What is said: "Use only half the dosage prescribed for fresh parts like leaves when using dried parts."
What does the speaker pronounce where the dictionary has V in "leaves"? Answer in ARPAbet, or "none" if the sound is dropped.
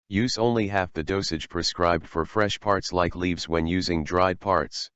V